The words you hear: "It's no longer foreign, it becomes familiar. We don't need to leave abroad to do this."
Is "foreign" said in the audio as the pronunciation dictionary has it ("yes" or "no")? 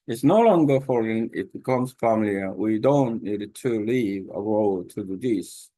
yes